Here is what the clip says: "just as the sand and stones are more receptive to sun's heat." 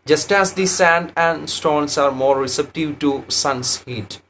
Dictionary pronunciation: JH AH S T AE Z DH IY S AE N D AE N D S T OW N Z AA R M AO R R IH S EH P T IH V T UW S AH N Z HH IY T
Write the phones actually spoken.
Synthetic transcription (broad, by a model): JH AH S T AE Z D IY S AE N D AE N D S T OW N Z AA R M AO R R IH S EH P T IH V T UW S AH N S HH IY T